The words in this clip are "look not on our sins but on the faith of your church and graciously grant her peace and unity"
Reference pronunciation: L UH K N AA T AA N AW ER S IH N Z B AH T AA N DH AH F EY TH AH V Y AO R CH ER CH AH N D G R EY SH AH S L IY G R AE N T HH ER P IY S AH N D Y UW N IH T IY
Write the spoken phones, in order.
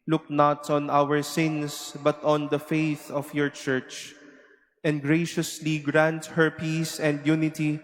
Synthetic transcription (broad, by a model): L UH K N AA T AA N AW ER S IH N S B AH T AA N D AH F EY TH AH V Y AO R CH ER CH AH N D G R EY SH AH S L IY G R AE N T HH ER P IY S AH N D Y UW N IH T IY